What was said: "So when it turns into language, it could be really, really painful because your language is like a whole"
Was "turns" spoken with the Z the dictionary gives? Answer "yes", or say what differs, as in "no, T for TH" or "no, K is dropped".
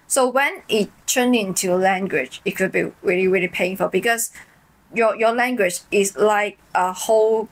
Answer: no, Z is dropped